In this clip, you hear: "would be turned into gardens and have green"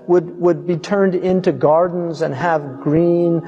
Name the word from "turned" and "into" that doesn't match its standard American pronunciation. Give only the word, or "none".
none